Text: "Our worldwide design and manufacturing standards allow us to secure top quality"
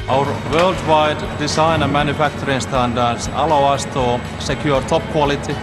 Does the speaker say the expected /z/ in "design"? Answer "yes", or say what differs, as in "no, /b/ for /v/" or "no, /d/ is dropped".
no, /s/ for /z/